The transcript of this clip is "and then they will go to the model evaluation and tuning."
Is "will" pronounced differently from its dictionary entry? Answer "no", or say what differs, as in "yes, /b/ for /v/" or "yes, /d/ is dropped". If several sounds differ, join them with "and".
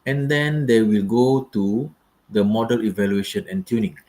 no